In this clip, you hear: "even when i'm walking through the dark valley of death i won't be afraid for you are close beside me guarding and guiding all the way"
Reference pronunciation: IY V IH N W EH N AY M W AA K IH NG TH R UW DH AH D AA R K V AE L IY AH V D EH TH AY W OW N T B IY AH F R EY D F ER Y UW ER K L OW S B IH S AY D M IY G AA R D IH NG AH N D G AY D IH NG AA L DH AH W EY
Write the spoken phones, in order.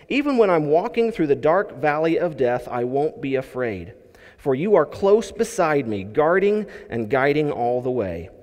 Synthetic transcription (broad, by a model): IY V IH N W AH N AY M W AA K IH NG TH R UW DH AH D AA R K V AE L IY AH V D EH TH AY W OW N B IY AH F R EY D F ER Y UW ER K L OW S B IH S AY D M IY G AA R D IH NG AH N G AY D IH NG AA L DH AH W EY